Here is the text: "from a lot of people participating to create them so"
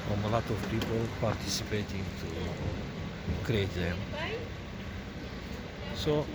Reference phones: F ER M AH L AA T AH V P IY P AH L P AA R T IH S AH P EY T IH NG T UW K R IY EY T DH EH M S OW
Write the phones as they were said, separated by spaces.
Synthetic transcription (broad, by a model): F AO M AH L AA T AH F P IY P AH L P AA R T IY S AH P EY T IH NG T UW K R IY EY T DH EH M S OW